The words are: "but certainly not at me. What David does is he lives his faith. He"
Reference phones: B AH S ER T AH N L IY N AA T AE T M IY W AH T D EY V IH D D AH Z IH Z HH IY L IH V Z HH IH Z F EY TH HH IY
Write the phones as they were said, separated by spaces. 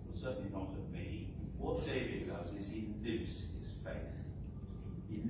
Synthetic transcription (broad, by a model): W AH S ER T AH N L IY N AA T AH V M IY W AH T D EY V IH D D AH Z IH Z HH IY L IH V Z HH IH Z F EY TH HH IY